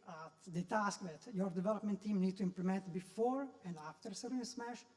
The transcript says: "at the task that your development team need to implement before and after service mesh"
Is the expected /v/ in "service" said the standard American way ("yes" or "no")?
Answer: no